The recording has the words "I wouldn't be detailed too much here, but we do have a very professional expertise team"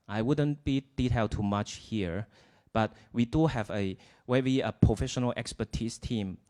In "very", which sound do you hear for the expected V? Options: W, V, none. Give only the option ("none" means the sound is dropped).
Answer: W